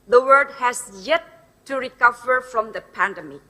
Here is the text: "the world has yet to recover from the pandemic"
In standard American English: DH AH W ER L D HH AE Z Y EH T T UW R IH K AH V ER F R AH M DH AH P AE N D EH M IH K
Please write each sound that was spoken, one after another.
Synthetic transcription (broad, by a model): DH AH W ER D HH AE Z Y EH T T UW R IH K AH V ER F R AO M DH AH P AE N D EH M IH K